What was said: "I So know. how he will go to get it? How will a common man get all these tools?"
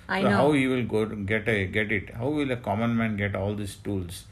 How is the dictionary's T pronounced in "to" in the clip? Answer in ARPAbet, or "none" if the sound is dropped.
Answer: T